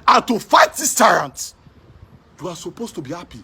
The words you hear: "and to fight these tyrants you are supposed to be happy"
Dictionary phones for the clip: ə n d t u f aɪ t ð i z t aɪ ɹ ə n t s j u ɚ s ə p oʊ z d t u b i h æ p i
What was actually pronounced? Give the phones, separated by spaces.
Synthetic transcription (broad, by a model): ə n t u f aɪ t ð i s t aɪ ɹ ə n t j u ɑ s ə p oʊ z t u b i h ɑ p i